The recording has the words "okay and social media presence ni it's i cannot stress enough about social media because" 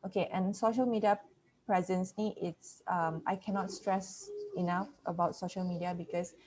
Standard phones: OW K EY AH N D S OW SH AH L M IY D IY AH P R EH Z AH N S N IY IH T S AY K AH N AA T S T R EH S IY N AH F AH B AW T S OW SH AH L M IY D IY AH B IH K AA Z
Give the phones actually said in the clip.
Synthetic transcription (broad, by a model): OW K EY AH N S OW SH AH L M IY D IY AH P R EH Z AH N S L IY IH T S AY K AH N AA T S T R EH S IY N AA F AH B AW T S OW SH AH L M IY D IY AH B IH K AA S